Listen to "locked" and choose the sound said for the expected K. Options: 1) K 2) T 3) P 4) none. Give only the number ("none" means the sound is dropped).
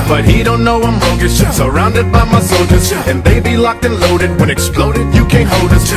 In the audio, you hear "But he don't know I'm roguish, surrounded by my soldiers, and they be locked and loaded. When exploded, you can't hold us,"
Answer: 1